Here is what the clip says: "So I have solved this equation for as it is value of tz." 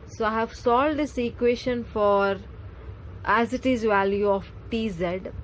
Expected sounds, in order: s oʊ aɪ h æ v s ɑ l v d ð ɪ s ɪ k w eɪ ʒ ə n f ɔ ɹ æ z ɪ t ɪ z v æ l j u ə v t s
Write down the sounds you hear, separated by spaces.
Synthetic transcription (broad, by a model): s oʊ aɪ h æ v s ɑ l d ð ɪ s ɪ k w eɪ ʃ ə n f ɔ ɹ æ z ɪ t ɪ z v æ l j u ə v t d